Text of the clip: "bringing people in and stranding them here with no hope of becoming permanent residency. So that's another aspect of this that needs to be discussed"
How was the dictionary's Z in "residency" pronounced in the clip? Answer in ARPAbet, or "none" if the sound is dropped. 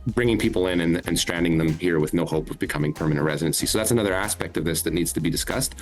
Z